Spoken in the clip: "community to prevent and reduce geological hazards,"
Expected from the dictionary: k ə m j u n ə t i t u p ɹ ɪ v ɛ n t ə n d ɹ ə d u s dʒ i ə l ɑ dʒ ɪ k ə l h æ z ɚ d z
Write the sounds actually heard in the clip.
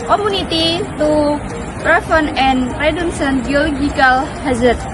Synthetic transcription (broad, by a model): k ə m u n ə t i t u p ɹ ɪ f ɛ n ə n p ɹ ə d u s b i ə l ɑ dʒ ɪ k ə l h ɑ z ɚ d